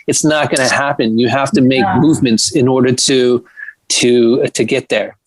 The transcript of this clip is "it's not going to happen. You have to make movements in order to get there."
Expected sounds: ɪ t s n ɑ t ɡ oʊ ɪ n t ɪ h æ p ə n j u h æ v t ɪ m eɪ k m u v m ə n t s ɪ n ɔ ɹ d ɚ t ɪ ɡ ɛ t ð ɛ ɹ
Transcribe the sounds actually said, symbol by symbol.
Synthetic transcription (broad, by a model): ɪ t s n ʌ t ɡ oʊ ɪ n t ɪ h æ p ə n j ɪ h æ f t ɪ m eɪ k m u v m ə n t s ɪ n ɔ ɹ d ɚ t ɪ ɡ ɛ t ð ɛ ɹ